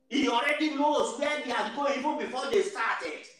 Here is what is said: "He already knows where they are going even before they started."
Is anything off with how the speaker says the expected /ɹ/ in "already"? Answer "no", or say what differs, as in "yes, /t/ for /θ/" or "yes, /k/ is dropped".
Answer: no